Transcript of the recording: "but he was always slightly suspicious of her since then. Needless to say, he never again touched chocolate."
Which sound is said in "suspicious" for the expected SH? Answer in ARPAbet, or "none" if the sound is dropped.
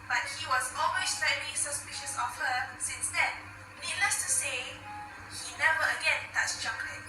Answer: SH